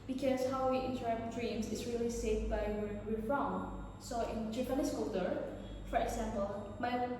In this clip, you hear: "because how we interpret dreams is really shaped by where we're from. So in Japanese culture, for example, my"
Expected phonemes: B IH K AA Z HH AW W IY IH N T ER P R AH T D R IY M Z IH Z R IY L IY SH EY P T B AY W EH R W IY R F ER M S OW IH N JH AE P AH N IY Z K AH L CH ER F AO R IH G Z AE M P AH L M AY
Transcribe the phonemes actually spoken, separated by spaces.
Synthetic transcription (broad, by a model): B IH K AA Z HH AW W IY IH N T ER R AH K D R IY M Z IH S R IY L IY S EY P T B AY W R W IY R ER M S OW IH N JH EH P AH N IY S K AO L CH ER F AO R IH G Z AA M P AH L M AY